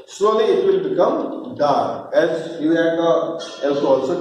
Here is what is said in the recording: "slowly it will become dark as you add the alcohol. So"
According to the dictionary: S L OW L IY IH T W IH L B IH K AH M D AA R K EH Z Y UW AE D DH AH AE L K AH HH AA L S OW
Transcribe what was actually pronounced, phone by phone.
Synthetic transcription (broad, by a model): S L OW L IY IH T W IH L B IH K AH M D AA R EH Z Y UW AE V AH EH L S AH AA L S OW